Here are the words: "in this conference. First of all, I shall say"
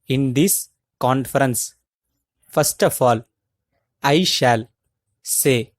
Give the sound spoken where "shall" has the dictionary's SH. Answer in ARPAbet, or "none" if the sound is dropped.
SH